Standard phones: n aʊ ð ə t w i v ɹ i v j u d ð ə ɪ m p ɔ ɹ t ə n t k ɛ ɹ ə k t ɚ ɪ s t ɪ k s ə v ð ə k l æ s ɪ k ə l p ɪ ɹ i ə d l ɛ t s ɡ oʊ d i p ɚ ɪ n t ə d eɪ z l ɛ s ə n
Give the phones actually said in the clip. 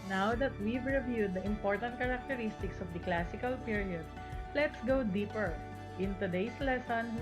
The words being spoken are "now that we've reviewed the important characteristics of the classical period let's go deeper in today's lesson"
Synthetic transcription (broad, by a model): n aʊ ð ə t w i v ɹ i v j u d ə ɪ m p ɔ ɹ t ə n t k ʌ ɹ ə k t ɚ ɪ s t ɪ k s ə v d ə k l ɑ s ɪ k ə l p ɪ ɹ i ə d l ɛ t s ɡ oʊ d i p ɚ ɪ n t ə d eɪ s l ɛ s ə n